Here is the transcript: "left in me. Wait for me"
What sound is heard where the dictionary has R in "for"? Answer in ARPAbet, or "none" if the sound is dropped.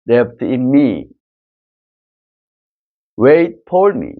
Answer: L